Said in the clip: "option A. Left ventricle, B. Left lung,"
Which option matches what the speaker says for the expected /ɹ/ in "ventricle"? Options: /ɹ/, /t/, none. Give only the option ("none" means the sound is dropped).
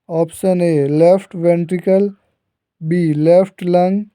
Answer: /ɹ/